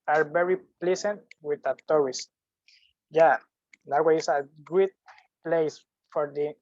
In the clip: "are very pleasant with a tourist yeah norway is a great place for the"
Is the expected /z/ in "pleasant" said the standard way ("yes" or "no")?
no